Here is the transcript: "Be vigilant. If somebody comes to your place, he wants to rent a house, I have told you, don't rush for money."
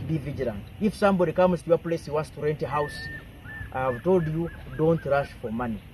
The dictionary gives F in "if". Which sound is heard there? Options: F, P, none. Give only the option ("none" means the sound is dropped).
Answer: F